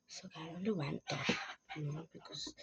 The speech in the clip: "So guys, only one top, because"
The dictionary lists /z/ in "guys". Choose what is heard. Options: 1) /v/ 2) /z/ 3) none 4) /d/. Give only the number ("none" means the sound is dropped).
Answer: 3